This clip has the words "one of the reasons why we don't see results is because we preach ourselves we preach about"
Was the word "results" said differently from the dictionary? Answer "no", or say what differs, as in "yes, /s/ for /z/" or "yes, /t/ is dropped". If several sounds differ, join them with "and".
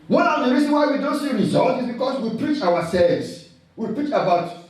yes, /s/ is dropped